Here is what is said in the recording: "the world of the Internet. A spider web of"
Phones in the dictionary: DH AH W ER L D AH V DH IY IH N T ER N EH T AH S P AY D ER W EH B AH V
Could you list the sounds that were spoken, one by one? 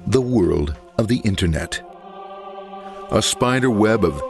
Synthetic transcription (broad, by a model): DH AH W ER L D AH V DH IY IH N T ER N EH T AH S P AY D ER W EH B AH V